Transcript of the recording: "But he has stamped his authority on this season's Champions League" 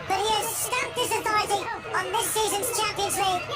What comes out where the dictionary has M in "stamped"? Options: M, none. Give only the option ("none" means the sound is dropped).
none